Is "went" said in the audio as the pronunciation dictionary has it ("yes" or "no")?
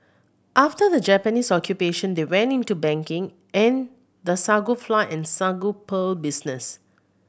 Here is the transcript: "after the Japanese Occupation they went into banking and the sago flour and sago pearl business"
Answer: no